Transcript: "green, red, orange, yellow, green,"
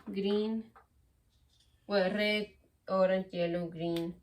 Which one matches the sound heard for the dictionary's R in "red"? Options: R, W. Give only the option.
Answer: W